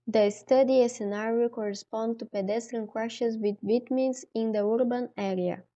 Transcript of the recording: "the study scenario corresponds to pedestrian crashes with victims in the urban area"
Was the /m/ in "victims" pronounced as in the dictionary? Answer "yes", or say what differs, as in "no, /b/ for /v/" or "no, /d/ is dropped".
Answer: no, /m/ is dropped